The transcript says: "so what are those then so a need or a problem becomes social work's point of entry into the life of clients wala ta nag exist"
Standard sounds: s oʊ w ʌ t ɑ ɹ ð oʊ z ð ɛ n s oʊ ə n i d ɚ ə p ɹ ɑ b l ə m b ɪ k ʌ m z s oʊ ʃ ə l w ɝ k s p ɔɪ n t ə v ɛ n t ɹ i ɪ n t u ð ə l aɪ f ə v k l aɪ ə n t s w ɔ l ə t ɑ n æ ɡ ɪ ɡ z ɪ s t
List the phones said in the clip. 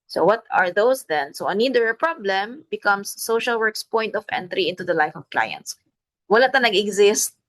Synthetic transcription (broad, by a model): s oʊ w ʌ t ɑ ɹ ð oʊ s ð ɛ n s oʊ ə n i d ɚ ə p ɹ ɑ b l ə m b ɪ k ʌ m s oʊ ʃ ə l w ɝ k s p ɔɪ n t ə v ɛ n t ɹ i ɪ n t u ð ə l aɪ f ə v k l aɪ ə n t s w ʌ l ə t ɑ n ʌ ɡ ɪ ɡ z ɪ s t